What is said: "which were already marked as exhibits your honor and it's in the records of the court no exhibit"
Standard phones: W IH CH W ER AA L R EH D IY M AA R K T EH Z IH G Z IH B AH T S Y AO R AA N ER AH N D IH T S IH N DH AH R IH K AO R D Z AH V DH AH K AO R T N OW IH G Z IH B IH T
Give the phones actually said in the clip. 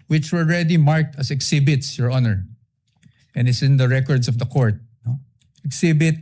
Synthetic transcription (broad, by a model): W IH CH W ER AA L R EH D IY M AA R K T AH S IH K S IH B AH T S Y AO R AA N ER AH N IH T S IH N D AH R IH K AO R D S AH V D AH K AO R T N OW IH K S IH B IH T